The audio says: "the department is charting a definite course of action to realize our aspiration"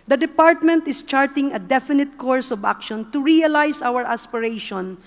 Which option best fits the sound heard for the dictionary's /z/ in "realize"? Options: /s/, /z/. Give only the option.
/s/